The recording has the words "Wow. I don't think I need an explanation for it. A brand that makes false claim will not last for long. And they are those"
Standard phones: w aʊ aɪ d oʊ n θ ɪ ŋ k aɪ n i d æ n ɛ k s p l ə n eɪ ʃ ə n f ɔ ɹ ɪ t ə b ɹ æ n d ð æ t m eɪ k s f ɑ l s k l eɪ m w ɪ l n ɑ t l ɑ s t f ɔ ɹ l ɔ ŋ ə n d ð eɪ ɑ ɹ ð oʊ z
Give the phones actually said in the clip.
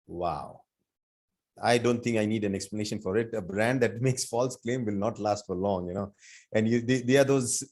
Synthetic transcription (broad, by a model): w aʊ aɪ d oʊ n t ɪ ŋ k aɪ n i d æ n ɛ k s p l ə n eɪ ʃ ə n f ɔ ɹ ɪ t ə b ɹ æ n d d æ t m eɪ k s f ɑ l s k l eɪ m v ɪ l n ɑ t l ɑ s t f ɔ ɹ l ɔ ŋ ə n d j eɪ ɑ ɹ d oʊ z